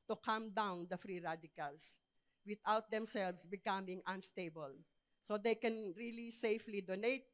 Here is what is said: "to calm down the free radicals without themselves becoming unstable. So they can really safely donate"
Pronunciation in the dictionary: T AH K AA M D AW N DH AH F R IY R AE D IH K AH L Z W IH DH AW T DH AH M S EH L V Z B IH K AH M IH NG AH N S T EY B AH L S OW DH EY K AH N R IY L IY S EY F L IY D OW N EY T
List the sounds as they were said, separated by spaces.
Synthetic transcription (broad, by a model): T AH K AA M D AW N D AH F R IY R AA D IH K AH L S W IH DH AW T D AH M S EH L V S B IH K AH M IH NG AH N S T EY B AH L S OW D EY K AH N R IY L IY S EY F L IY D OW N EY T